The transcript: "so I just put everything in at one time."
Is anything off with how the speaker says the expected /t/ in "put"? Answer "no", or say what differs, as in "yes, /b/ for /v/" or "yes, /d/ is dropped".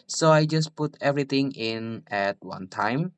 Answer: no